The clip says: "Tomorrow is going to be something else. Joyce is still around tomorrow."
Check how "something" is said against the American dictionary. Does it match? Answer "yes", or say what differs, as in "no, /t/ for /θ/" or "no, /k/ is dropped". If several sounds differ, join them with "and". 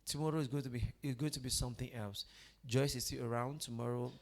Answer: yes